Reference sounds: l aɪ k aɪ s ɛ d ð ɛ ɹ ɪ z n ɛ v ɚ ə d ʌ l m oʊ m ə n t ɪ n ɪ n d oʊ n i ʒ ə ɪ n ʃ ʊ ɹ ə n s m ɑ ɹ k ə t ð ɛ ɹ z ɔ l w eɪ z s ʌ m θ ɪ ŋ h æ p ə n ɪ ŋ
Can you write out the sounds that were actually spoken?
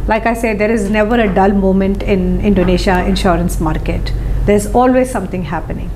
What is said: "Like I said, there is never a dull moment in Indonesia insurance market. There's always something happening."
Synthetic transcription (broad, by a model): l aɪ k aɪ s ɛ d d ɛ ɹ ɪ z n ɛ v ɚ ə d ʌ l m oʊ m ə n t ɪ n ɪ n d oʊ n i ʃ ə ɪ n ʃ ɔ ɹ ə n s m ɑ ɹ k ə t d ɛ ɹ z ɔ l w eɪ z s ʌ m t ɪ ŋ h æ p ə n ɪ ŋ